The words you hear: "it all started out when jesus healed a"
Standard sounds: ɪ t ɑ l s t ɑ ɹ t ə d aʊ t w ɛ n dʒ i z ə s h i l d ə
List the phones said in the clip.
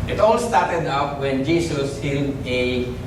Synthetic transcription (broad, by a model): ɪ t ɑ l s t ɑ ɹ t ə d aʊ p w ɛ n dʒ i s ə s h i n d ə